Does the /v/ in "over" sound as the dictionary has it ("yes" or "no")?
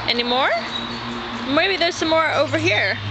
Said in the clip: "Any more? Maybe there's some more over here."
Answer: yes